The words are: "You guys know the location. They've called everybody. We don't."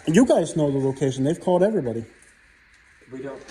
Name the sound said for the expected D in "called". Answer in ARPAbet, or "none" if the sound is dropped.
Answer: D